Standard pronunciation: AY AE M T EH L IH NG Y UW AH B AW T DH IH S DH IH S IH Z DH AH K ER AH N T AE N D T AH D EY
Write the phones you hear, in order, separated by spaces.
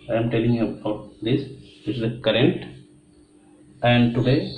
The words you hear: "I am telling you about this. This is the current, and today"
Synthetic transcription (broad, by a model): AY M T EH L IH NG Y UW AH UH T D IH S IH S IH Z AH K ER AH N T AE N D T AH D EY